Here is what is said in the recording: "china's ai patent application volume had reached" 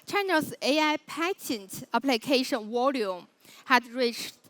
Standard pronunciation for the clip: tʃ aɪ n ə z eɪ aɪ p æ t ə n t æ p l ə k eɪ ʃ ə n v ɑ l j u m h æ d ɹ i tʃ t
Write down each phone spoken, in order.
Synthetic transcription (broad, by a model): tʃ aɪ n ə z eɪ aɪ p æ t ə n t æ p l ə k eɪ ʃ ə n w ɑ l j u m h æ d ɹ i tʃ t